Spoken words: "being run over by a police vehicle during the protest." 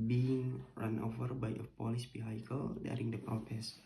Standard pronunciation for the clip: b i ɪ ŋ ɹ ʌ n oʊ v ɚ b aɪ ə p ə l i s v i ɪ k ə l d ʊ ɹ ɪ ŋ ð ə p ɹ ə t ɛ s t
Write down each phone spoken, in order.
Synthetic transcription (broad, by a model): b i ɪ ŋ ɹ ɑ n oʊ v ɚ b aɪ ə p ə l i s b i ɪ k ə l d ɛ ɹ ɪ ŋ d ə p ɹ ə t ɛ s